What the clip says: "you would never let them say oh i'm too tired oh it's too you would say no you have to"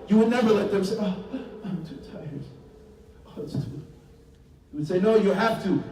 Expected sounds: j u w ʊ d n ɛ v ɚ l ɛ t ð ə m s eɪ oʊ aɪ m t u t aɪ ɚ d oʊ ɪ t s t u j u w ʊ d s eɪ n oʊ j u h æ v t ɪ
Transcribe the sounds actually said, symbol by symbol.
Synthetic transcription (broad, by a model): j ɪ w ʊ d n ɛ v ɚ l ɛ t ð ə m s eɪ oʊ aɪ m t u t aɪ ɚ d oʊ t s t u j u w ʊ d s eɪ n oʊ j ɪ h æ f t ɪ